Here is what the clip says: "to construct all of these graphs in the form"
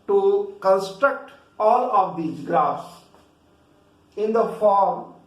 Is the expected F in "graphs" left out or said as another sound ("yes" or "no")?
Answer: yes